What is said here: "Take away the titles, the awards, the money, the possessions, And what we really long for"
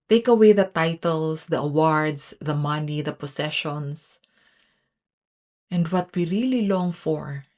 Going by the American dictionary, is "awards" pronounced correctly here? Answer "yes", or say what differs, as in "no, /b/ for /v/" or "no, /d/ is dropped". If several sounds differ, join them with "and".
no, /s/ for /z/